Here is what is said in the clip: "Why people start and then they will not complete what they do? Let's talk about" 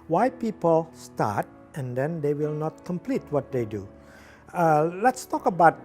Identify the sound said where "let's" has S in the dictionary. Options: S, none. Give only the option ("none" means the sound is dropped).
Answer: S